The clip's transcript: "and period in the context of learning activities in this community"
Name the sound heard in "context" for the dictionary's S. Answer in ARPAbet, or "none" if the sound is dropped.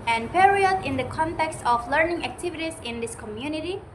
S